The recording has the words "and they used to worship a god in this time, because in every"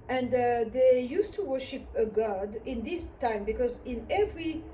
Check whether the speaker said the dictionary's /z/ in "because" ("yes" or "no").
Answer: yes